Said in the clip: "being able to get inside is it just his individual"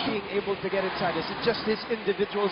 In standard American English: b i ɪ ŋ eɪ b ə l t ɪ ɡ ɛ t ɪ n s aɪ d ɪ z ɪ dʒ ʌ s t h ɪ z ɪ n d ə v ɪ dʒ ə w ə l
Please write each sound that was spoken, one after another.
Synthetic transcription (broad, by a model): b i ɪ ŋ eɪ b l t ɪ ɡ ɛ t ɪ n s aɪ d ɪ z ɪ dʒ ʌ s t h ɪ z ɪ n d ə v ɪ dʒ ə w l